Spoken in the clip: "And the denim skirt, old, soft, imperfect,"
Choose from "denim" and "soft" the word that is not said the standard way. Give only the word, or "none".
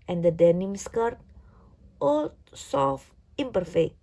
soft